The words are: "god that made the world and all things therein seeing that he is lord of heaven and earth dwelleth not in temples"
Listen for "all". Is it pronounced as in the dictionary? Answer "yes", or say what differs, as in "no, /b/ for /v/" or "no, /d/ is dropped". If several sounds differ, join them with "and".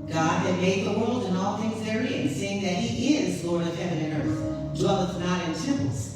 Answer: yes